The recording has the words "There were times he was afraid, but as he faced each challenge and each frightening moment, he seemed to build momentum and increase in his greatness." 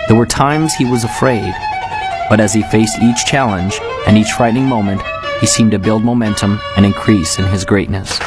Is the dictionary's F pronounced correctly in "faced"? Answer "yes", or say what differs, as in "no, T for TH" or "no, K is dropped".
yes